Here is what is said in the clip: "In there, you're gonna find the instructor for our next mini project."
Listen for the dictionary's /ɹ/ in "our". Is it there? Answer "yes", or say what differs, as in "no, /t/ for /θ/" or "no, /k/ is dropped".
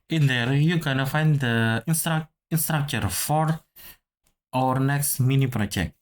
yes